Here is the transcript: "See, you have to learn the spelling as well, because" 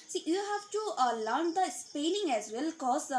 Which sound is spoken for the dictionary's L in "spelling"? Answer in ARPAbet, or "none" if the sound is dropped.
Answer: N